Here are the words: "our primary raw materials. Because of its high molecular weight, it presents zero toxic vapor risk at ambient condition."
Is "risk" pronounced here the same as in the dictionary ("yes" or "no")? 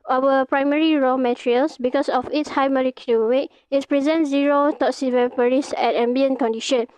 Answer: no